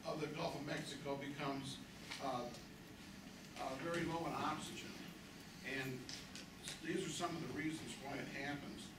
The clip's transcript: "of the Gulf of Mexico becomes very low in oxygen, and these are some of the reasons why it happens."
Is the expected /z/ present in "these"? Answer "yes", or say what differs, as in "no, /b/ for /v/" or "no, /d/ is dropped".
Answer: yes